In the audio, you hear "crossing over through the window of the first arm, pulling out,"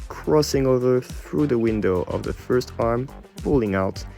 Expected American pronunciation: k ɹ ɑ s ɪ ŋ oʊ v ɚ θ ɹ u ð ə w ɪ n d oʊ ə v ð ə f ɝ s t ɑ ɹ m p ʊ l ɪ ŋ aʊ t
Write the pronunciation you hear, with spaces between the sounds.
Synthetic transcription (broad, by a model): k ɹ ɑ s ɪ ŋ oʊ v ɚ θ ɹ u ð ə w ɪ n d oʊ ə v ð ə f ɝ s t ɑ ɹ m p ʊ l ɪ ŋ aʊ t